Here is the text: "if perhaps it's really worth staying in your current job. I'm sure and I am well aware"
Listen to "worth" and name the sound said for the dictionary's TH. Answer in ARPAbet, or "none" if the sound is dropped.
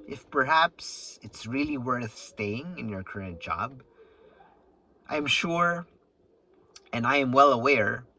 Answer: TH